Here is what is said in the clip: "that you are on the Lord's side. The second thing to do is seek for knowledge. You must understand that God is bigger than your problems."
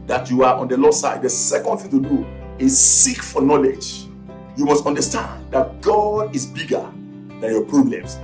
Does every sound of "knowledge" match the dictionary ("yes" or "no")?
yes